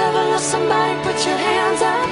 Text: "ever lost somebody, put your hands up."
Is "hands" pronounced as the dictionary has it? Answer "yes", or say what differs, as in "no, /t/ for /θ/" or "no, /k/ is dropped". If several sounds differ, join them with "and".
yes